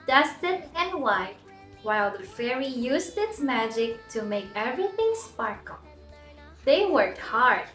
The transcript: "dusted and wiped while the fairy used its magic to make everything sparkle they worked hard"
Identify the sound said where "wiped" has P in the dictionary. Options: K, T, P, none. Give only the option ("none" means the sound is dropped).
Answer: none